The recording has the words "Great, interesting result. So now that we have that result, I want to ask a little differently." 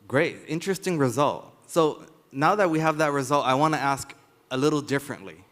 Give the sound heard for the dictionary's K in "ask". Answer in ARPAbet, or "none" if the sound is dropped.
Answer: K